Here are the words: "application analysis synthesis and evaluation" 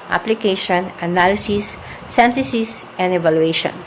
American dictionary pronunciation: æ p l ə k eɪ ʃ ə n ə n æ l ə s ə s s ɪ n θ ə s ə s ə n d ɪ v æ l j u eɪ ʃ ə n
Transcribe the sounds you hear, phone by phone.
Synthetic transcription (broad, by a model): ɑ p l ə k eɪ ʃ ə n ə n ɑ l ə s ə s s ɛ n t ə s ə s ə n d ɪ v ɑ l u eɪ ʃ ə n